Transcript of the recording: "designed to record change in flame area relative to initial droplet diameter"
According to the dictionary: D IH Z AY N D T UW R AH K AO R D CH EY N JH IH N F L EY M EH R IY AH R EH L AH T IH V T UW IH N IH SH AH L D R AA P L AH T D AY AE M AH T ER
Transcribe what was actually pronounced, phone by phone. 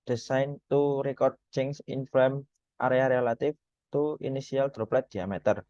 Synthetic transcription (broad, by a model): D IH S AY N T UW R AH K AO R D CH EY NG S IH N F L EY M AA R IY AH R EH L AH T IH F T UW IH N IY S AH L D R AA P L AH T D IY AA M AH T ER